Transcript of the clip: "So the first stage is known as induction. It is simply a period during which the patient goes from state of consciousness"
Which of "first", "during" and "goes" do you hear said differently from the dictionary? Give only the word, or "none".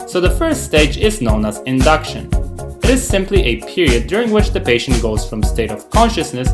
none